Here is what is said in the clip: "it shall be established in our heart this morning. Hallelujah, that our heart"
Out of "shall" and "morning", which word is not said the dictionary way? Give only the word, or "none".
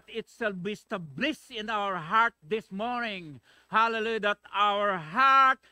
shall